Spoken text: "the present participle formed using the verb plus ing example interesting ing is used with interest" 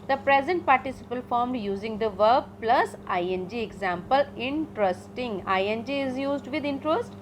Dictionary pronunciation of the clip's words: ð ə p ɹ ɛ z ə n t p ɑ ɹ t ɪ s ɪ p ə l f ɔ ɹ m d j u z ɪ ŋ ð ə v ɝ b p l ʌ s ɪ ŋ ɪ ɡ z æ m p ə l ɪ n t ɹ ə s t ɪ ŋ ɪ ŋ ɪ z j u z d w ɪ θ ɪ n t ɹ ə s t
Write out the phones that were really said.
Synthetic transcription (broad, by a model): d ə p ɹ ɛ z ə n t p ɑ ɹ t ɪ s ɪ p ə l f ɔ ɹ m d j u z ɪ ŋ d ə v ɝ b p l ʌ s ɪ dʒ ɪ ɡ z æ m p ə l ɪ n t ɹ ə s t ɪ ŋ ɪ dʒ ɪ z j u z d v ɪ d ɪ n t ɹ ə s t